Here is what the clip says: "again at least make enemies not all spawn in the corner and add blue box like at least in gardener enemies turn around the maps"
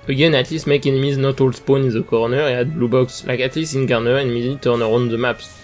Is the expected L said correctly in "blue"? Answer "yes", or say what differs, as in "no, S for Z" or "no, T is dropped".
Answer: yes